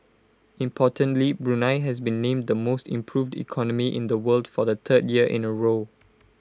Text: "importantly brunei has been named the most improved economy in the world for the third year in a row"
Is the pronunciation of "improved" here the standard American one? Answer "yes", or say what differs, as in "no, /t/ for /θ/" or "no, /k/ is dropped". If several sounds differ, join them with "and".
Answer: yes